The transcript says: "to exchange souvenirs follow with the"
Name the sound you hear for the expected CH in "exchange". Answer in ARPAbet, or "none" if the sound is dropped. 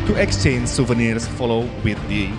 CH